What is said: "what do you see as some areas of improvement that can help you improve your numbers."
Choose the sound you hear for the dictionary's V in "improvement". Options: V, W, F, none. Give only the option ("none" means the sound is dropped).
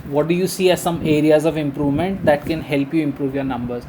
V